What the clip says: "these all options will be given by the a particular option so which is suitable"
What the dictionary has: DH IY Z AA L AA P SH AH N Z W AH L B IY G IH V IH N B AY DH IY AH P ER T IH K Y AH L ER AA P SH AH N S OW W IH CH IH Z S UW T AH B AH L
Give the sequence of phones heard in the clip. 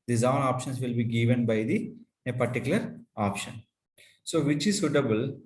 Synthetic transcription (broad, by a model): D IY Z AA N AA P SH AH N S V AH L B IY G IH V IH N B AY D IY AH P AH T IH K Y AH L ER AA P SH AH N S OW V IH CH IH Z S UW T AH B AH L